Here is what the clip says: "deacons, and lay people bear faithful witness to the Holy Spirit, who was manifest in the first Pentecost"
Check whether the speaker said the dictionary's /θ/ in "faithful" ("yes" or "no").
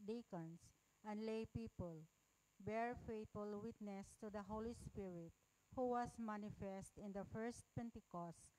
no